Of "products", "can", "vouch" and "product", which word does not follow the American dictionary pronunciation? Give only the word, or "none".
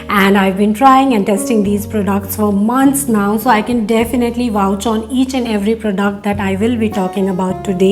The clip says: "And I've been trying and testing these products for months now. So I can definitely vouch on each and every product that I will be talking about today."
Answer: none